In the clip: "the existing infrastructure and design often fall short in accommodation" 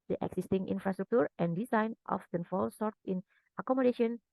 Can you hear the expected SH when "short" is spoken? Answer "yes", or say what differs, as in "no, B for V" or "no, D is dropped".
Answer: no, S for SH